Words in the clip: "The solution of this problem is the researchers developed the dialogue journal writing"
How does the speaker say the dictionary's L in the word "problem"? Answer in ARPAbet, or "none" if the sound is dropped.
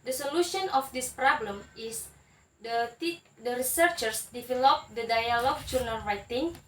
L